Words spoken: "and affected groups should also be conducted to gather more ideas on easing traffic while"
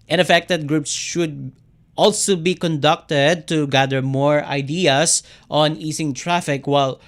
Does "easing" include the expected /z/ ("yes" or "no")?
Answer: no